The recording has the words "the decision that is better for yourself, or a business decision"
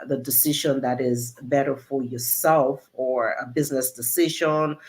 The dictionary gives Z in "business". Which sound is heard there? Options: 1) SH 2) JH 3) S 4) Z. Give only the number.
4